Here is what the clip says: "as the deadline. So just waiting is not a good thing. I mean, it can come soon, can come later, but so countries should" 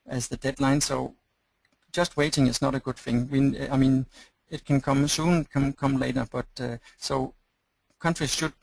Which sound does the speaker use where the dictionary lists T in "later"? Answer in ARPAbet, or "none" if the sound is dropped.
T